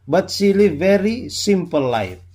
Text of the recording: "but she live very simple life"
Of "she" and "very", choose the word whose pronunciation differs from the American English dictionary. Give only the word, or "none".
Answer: she